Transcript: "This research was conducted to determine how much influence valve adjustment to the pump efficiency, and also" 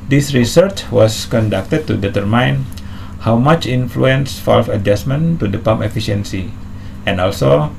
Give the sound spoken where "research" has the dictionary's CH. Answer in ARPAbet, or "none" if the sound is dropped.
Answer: CH